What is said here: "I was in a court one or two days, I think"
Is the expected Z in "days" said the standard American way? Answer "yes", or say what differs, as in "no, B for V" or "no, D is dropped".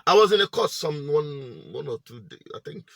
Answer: no, Z is dropped